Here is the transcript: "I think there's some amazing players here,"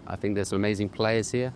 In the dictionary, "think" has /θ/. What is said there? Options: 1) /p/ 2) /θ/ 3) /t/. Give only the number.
2